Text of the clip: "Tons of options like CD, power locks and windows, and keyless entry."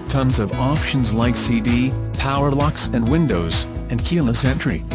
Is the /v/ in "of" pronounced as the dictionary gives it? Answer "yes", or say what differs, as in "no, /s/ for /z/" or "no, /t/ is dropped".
yes